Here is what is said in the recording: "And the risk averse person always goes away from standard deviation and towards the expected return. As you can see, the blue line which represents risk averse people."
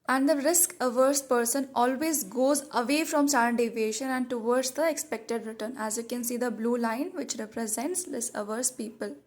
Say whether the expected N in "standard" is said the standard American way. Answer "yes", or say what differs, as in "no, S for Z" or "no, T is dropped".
no, N is dropped